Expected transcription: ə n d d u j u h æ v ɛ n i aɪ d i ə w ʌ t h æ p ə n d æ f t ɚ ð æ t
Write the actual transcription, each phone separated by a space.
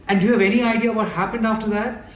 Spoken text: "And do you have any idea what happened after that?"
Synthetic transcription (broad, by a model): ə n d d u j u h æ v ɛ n i aɪ d i ə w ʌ t h æ p ə n d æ f t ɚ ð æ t